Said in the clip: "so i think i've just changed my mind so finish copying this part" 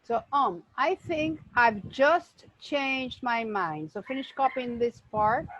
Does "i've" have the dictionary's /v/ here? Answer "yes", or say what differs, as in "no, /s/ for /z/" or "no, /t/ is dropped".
yes